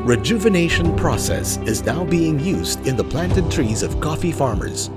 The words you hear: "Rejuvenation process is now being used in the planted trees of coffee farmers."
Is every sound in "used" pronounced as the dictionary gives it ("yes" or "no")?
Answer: yes